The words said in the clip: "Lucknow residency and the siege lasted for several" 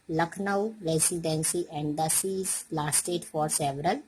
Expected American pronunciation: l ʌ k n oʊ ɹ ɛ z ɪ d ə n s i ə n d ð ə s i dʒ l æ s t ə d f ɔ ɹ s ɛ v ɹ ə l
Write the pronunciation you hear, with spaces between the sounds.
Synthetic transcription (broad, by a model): l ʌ k n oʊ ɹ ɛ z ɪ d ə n s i ə n d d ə s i z l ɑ s t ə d f ɔ ɹ s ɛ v ɹ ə l